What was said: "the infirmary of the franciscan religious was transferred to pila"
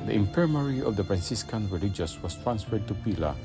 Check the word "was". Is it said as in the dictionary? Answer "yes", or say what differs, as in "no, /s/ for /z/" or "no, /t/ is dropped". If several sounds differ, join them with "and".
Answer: no, /s/ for /z/